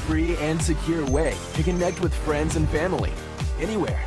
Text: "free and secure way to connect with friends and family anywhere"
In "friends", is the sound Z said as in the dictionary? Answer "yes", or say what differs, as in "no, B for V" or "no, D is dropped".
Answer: yes